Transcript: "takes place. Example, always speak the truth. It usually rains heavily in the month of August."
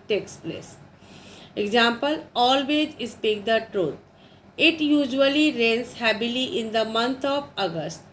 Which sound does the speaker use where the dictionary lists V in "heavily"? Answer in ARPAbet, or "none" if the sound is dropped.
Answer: B